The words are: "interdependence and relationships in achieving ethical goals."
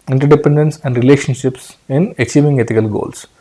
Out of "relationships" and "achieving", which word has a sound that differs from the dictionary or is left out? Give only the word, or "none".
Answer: achieving